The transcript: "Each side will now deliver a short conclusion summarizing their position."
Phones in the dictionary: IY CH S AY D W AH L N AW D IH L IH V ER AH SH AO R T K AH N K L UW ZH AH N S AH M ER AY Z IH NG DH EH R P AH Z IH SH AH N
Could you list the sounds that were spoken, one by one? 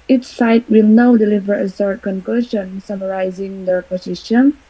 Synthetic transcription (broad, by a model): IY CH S AY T W AH L N AW D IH L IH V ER AH S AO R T K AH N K L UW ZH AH N S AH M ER AY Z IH NG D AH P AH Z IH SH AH N